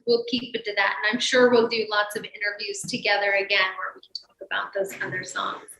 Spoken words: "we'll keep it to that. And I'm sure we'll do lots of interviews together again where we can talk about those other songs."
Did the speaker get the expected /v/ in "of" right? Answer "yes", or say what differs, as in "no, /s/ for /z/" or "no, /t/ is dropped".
yes